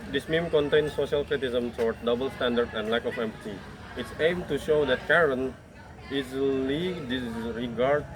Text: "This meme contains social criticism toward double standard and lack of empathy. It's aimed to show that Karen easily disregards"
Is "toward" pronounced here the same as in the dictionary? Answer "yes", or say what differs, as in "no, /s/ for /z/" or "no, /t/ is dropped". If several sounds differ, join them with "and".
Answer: no, /s/ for /t/